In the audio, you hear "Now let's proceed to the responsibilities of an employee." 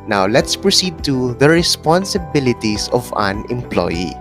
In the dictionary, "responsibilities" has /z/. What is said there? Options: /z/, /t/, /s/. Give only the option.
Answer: /s/